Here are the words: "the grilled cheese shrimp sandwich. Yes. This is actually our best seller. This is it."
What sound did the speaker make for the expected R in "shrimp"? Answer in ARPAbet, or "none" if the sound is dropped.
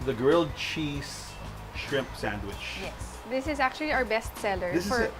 R